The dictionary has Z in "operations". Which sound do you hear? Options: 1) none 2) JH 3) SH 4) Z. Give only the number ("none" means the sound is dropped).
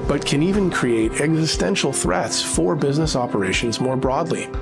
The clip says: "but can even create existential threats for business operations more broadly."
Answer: 4